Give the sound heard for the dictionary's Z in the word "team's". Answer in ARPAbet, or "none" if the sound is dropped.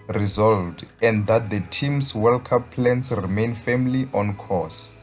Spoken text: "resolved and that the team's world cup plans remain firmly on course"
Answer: S